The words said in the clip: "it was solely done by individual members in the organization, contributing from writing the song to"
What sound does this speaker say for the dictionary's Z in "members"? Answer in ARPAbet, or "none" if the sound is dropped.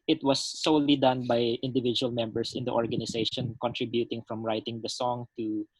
S